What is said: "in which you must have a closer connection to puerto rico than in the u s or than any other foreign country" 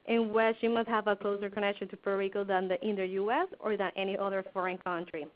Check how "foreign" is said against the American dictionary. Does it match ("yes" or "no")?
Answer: yes